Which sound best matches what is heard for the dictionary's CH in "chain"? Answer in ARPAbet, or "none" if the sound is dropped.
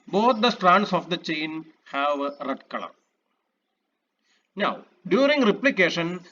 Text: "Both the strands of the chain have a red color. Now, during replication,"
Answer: CH